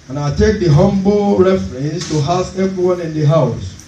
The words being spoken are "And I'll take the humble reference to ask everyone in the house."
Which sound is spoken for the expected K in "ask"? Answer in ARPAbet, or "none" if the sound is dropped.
none